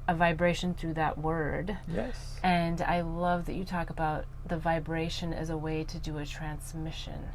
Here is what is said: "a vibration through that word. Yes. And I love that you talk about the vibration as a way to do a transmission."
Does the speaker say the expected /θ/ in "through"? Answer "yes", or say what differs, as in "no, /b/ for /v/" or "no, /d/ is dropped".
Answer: yes